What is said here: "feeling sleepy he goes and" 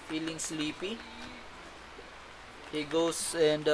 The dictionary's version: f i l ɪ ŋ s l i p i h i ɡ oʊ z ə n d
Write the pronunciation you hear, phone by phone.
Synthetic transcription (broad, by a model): f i l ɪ ŋ s l i p i h i ɡ oʊ s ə n d